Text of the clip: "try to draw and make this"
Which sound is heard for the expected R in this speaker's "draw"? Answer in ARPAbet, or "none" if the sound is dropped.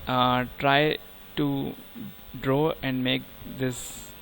R